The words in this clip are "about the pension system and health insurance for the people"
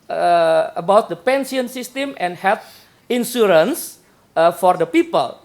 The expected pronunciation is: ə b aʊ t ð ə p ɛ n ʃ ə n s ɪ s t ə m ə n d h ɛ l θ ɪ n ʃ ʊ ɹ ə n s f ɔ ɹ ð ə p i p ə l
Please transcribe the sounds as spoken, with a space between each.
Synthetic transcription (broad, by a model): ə b aʊ t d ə p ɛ n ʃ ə n s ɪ s t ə m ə n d h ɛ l t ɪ n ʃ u ɹ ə n s f ɔ ɹ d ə p i p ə l